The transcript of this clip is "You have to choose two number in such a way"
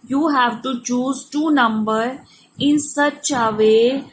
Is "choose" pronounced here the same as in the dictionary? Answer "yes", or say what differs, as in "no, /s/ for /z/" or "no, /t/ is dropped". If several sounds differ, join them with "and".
yes